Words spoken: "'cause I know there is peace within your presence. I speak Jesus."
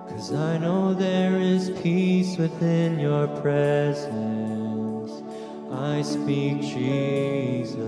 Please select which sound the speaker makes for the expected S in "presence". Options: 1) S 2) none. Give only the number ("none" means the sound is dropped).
1